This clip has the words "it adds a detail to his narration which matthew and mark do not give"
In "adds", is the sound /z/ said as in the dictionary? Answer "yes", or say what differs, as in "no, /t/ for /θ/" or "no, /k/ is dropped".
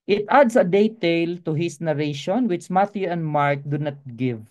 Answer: no, /s/ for /z/